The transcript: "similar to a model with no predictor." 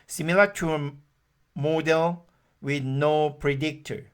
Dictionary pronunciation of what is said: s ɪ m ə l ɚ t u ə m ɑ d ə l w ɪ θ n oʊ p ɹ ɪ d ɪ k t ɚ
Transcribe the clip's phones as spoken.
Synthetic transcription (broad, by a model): s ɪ m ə l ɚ t u ə m ɑ d ə l w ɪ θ n oʊ p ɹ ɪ d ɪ k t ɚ